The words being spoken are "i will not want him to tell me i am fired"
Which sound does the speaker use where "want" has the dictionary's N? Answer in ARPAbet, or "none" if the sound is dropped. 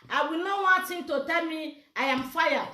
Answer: none